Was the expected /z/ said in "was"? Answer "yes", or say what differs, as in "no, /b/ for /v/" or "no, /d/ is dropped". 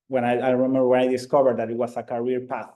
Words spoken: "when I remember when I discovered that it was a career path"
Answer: no, /s/ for /z/